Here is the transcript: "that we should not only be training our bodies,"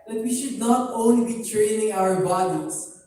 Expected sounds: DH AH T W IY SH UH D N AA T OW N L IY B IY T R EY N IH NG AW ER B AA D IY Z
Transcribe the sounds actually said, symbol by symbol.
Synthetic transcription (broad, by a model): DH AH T W IY SH UH D N AA T OW N L IY B IY T R EY N IH NG AW ER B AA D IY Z